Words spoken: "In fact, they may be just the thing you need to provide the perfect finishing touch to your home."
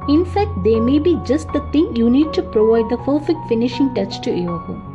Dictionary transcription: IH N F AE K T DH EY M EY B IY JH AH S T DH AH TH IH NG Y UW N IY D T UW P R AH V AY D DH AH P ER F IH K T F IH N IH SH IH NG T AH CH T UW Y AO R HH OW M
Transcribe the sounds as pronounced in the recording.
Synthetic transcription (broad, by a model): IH N F AE K T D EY M EY B IY JH AH S T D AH T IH NG Y UW N IY D T UW P R AH V AY D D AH F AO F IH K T F IH N IH SH IH NG T AH CH T UW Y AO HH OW